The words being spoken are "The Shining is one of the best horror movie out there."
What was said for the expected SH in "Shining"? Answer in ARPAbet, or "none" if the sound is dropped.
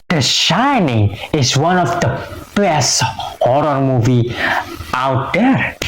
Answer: SH